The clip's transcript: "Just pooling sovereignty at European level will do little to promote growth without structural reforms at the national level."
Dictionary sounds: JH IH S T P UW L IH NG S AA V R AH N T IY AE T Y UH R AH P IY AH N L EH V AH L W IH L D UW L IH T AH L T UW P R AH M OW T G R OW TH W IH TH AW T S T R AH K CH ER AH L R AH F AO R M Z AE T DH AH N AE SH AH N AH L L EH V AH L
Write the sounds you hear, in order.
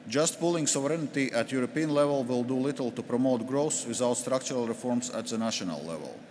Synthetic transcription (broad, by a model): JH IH S T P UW L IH NG S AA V R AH N T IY AE T Y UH R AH P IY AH N L EH V AH L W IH L D UW L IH T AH L T UW P R AH M OW T G R OW S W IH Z AW T S T R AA K CH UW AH L R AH F AO R M S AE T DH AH N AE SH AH N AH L L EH V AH L